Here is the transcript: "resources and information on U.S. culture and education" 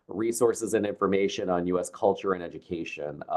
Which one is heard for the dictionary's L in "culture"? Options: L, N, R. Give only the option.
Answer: L